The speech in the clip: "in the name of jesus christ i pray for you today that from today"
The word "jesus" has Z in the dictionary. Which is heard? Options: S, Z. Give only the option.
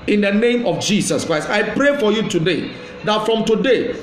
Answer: S